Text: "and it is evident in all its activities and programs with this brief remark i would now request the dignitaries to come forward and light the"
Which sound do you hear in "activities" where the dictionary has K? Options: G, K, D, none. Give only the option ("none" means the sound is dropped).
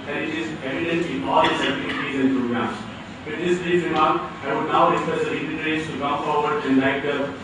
none